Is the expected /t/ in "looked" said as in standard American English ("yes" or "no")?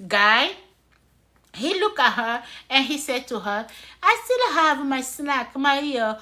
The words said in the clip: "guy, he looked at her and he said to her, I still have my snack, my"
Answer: no